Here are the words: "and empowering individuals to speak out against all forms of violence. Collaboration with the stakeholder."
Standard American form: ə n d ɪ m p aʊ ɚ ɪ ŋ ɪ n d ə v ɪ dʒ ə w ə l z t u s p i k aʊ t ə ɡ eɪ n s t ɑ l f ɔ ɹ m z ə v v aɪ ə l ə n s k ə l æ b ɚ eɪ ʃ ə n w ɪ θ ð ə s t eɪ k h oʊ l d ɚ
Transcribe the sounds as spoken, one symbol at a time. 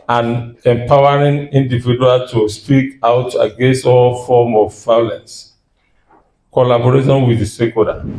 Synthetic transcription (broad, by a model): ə n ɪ m p aʊ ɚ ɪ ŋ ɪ n d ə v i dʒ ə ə l t u s p i k aʊ t ə ɡ eɪ n s t ɑ l f ɔ m ə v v aɪ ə l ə n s k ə l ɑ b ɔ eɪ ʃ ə n w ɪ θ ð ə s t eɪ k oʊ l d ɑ